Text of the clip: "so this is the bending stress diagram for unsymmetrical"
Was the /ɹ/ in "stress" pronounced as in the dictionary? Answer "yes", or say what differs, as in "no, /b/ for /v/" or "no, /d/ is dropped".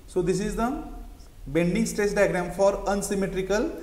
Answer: yes